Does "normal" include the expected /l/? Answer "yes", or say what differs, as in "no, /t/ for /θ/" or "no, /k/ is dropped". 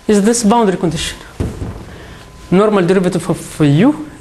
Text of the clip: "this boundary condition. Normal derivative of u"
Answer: yes